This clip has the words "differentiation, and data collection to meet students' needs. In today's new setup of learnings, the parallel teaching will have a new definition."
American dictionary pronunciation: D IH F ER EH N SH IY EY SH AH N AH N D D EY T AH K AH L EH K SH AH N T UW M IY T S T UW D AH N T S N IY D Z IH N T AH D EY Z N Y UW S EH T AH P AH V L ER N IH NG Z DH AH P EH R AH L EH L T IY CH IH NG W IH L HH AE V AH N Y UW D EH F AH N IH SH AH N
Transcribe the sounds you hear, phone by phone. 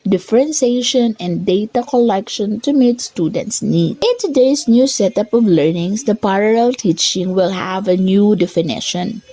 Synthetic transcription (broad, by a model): D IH F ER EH N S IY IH SH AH N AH N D D EY T AH K AH L EH K SH AH N T UW M IY T S T UW D AH N T S N IY D IH N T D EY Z N Y UW S EH T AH P AH V L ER N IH NG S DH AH P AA R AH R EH L T IY CH IH NG W IH L HH AE V AH N Y UW D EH F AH N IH SH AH N